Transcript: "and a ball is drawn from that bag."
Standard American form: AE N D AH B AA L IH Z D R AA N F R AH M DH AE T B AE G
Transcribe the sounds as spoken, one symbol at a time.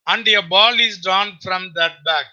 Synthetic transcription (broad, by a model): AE N D AH B AA L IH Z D AA N F R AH M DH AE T B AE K